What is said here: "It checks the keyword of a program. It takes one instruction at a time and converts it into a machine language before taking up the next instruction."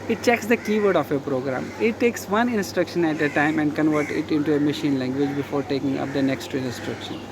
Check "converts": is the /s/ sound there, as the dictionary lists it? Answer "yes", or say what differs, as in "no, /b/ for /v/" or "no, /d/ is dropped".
no, /s/ is dropped